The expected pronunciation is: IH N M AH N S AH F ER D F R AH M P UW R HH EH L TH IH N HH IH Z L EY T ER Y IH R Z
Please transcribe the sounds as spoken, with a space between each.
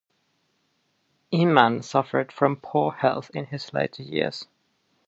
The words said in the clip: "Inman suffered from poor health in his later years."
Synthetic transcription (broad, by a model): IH M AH N S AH F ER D F R AH M P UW HH EH L TH IH N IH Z L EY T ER Y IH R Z